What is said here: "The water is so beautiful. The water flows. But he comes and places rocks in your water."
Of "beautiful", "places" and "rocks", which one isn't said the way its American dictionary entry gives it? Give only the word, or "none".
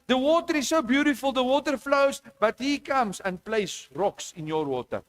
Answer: places